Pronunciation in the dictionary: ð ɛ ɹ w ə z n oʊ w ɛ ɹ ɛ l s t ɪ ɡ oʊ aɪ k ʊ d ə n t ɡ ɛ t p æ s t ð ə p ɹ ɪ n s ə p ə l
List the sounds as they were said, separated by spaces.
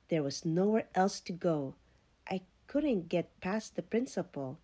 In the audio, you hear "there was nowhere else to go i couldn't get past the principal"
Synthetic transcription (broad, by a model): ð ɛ ɹ w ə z n oʊ w ɛ ɹ ɛ l s t ɪ ɡ oʊ aɪ k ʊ d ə n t ɡ ɛ t p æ s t ð ə p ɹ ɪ n s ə p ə l